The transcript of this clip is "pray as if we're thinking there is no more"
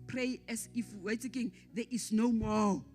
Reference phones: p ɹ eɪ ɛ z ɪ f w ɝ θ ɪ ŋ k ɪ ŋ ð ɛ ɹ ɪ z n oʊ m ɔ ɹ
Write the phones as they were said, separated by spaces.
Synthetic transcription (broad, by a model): p ɹ eɪ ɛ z ɪ f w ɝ t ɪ k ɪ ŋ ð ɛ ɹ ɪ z n oʊ m ɔ